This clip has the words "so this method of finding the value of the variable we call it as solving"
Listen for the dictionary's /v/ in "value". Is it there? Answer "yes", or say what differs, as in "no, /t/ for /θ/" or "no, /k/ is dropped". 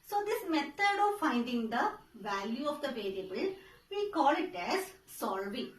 yes